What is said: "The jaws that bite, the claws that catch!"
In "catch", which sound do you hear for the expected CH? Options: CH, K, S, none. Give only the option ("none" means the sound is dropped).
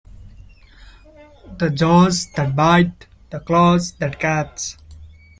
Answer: S